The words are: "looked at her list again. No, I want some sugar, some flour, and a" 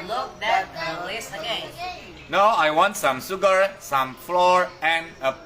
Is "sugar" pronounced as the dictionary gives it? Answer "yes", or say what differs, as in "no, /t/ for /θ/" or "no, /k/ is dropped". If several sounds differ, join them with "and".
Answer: no, /s/ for /ʃ/